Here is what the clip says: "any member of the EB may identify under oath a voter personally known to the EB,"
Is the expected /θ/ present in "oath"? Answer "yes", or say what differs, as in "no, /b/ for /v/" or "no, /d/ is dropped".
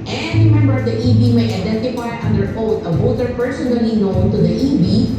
no, /t/ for /θ/